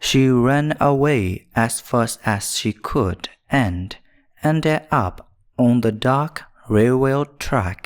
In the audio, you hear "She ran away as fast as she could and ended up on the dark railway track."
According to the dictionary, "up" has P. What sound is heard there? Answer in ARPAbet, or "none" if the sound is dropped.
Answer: P